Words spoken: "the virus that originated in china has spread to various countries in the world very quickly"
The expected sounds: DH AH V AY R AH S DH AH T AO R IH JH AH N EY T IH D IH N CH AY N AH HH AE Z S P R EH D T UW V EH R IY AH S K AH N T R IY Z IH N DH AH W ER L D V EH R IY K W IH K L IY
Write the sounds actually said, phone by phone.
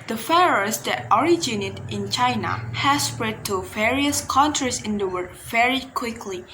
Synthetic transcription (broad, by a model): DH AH F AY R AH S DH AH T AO R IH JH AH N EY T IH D IH N CH AY N AH HH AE S P R EH D T UW V EH R IY AH S K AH N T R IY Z IH N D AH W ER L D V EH R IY K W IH K L IY